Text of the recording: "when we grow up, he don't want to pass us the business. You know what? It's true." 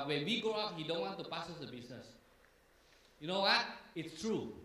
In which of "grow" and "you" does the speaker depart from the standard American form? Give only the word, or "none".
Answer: grow